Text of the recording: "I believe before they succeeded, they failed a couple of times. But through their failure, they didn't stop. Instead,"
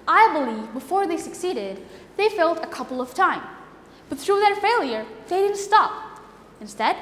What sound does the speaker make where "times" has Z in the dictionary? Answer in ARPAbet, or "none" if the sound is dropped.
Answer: none